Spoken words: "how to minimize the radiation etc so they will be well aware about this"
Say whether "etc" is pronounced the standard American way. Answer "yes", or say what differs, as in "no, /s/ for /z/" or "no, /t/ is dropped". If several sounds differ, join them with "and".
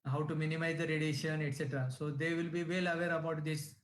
yes